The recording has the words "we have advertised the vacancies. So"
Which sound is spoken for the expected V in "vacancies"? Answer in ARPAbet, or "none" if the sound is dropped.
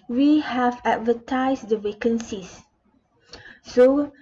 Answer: W